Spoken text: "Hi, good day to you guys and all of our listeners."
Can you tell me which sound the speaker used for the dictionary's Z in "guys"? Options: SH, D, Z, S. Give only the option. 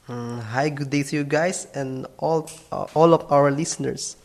S